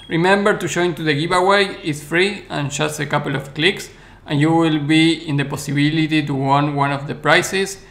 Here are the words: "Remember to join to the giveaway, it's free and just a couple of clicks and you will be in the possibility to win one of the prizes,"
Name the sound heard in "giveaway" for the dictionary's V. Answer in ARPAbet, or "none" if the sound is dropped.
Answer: B